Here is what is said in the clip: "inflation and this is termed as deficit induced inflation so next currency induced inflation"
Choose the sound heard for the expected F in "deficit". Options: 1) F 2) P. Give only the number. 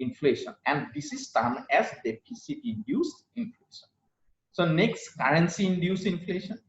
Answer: 2